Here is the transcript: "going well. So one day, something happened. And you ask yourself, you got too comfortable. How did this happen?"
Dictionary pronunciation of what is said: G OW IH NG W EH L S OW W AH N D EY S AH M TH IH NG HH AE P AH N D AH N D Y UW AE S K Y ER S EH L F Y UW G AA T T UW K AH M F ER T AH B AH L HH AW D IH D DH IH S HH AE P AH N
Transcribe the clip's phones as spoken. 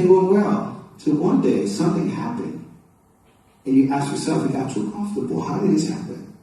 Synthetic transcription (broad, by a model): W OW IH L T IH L W AH N D EY S AH M TH IH NG HH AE P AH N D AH N Y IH AE S K Y ER S EH L F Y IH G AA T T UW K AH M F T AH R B HH AW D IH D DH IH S HH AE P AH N